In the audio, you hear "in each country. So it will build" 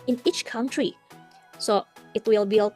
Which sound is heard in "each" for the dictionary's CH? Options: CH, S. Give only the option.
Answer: CH